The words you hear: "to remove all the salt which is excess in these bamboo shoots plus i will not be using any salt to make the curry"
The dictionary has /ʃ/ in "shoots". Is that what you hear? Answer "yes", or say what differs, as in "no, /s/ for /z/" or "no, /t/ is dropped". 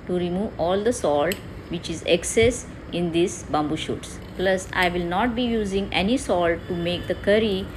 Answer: yes